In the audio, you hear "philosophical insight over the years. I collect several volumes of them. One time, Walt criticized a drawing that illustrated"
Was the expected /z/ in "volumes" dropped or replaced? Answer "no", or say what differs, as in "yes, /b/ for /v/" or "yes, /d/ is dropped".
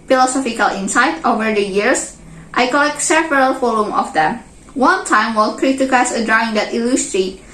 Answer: yes, /z/ is dropped